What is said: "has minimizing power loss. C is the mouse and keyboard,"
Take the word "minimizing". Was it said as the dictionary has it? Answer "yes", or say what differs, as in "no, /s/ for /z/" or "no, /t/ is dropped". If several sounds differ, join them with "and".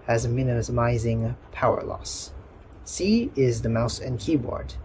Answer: yes